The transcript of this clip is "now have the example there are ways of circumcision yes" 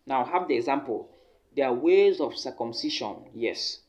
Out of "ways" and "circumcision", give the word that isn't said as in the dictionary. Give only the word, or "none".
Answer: circumcision